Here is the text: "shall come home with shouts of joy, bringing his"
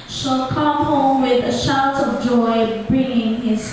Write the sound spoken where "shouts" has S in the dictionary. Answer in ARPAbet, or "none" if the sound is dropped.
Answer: none